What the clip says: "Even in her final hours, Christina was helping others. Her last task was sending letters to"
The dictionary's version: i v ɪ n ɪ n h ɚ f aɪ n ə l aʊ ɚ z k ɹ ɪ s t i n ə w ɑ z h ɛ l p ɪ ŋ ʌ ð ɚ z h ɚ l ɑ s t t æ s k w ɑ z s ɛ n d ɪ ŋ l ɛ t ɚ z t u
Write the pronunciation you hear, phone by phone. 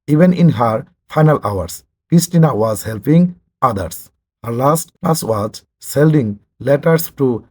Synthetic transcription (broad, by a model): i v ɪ n ɪ n h ɚ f aɪ n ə l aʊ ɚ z k ɹ ɪ s t i n ə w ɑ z h ɛ l p ɪ ŋ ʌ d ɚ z h ɚ l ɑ s t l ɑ s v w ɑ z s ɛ l d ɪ ŋ l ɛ t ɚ s t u